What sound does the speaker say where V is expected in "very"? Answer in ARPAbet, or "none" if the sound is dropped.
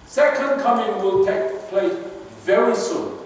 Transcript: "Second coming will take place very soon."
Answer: V